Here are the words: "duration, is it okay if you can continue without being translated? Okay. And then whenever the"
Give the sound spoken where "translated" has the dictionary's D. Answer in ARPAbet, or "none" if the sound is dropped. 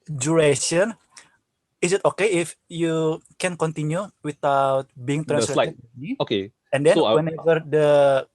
none